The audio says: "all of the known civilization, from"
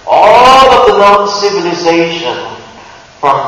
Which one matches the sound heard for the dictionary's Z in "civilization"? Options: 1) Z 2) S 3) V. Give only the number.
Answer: 1